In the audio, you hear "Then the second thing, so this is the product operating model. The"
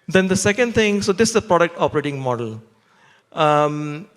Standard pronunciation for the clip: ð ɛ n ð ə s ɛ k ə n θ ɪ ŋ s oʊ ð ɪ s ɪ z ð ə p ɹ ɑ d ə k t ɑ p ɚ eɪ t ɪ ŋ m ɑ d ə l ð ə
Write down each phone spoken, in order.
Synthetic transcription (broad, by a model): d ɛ n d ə s ɛ k ə n t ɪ ŋ s oʊ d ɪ s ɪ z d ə p ɹ ɑ d ə k t ɑ p ɚ eɪ t ɪ ŋ m ɑ d ə l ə